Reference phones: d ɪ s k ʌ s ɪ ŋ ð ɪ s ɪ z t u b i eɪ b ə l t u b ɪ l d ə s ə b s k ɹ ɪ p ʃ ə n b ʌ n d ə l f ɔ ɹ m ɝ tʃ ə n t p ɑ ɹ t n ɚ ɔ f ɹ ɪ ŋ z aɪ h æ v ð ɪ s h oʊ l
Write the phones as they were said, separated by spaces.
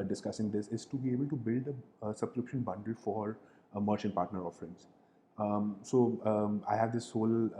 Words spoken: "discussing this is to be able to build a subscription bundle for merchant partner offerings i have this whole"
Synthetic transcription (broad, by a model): d ɪ s k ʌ s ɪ ŋ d ɪ s ɪ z t u b i eɪ b ə l t u b ɪ l d ə s ə b s k ɹ ɪ p ʃ ə n b ʌ n d ə l f ɔ ɹ m ɝ tʃ ə n t p ɑ ɹ t n ɚ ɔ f ɹ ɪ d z aɪ h æ v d ɪ s h oʊ l